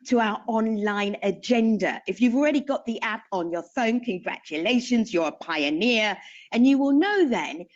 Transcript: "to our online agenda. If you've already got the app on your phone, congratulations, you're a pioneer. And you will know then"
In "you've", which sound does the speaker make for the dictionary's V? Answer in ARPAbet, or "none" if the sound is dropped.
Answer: V